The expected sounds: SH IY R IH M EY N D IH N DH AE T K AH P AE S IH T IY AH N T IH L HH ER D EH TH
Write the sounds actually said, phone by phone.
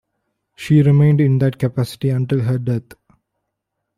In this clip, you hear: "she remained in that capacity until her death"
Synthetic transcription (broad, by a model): SH IY R IH M EY N D IH N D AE T K AH P AE S IH T IY AH N T IH L HH ER D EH T